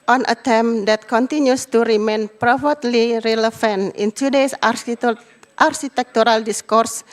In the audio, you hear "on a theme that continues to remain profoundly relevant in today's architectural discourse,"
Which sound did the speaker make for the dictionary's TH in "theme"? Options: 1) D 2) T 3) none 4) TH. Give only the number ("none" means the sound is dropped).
2